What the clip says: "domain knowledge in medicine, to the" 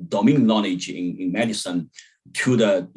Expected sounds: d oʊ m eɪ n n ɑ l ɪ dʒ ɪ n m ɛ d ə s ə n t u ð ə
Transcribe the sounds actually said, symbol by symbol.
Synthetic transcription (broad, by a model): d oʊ m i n l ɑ n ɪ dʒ ɪ n m ɛ d ə s ə n t u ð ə